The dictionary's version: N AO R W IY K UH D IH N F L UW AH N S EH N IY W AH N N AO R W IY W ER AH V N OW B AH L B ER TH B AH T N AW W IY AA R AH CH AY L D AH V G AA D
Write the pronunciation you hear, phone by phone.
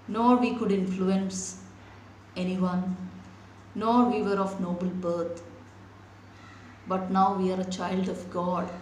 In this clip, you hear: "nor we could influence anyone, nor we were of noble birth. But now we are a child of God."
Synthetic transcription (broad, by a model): N AO R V IY K UH D IH N F L UW AH N S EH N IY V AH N N AO R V IY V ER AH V N OW B AH L B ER T B AH T N AW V IY AA R AH CH AY L D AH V G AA D